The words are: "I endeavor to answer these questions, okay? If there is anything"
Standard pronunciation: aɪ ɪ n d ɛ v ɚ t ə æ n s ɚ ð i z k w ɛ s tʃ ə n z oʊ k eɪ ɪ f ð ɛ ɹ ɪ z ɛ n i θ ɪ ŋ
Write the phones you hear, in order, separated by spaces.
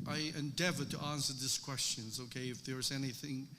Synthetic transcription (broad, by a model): aɪ ɪ n d ɛ v ɚ t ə æ n s ɚ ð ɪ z k w ɛ s tʃ ə n z oʊ k eɪ ɪ f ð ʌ ɹ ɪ z ɛ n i θ ɪ ŋ